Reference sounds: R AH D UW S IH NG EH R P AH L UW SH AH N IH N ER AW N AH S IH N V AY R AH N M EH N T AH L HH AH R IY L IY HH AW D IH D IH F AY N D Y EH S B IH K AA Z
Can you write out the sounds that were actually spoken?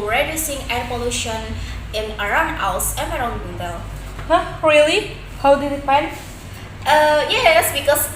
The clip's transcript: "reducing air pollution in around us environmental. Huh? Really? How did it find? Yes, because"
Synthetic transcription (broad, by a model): R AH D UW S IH NG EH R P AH L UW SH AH N IH N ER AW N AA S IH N AY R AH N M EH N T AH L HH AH R IY L IY HH AW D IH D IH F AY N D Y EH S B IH K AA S